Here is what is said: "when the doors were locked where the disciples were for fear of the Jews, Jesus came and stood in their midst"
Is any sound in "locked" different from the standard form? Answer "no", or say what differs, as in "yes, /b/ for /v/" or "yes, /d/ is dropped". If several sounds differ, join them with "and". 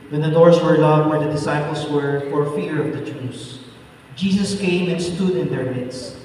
yes, /k/ is dropped